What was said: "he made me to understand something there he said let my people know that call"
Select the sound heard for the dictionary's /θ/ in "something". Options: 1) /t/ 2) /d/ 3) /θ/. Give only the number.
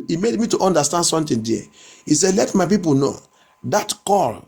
1